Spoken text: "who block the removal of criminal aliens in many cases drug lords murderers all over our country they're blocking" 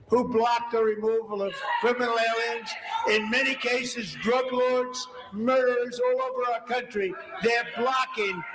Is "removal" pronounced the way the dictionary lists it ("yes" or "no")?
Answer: yes